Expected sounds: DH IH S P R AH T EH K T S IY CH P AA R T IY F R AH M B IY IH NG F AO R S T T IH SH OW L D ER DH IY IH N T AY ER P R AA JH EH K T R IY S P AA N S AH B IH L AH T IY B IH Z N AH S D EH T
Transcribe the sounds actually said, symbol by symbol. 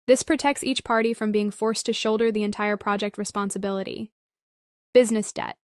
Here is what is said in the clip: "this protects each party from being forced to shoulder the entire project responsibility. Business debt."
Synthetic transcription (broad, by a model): DH IH S P R AH T EH K T S IY CH P AA R T IY F R AH M B IY IH NG F AO R S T T IH SH OW L D ER DH IY IH N T AY ER P R AA JH EH K T R IY S P AA N S AH B IH L AH T IY B IH Z N AH S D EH T